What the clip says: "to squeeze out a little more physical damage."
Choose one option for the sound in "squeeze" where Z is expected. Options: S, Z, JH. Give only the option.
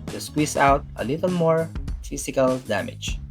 S